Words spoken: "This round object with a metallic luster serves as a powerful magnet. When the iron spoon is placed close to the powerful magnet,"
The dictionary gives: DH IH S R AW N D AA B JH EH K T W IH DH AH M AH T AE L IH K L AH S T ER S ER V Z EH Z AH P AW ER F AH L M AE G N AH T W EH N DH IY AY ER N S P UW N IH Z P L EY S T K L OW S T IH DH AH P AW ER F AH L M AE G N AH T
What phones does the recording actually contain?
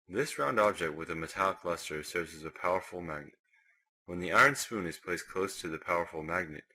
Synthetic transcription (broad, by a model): DH IH S R AW N D AA B JH EH K T W IH DH AH M AH T AE L IH K L AH S T ER S ER V Z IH Z AH P AW ER F L M AE G N AH T W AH N DH IY AY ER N S P UW N IH Z P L EY S K L OW S T IH DH AH P AW ER F L M AE G N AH T